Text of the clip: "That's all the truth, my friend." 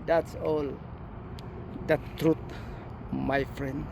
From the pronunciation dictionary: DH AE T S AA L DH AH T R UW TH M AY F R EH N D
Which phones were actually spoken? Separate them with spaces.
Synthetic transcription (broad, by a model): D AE T S AA L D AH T R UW T M AY F R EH N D